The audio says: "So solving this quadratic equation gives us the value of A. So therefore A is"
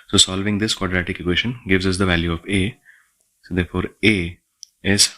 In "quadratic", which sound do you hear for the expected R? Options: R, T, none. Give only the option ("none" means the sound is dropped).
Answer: R